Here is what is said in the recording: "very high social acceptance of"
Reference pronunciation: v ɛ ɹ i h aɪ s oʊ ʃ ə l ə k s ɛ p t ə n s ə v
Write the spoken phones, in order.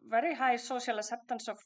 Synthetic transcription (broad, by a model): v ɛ ɹ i h aɪ s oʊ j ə l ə s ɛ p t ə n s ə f